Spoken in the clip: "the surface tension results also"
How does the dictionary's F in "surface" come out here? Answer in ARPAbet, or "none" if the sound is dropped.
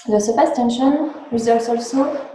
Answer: P